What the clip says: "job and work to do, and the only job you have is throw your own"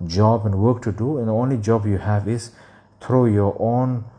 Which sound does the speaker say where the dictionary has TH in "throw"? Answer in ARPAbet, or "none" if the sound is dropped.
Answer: T